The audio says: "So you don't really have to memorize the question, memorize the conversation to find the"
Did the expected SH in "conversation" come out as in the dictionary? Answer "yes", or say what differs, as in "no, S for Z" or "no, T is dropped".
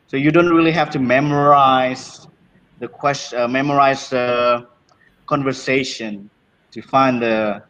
yes